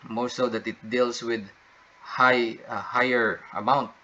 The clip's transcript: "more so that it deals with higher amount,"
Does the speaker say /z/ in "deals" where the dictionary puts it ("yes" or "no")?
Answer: no